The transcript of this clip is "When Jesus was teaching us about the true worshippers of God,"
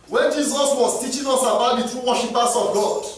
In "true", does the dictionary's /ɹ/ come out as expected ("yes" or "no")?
yes